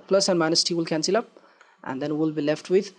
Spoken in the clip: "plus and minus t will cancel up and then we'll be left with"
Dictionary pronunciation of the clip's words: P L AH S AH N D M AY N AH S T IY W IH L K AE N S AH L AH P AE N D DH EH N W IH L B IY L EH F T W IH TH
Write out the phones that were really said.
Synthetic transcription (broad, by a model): P L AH S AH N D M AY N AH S T IY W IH L K AE N S AH L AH P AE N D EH N W IH L B IY L EH F T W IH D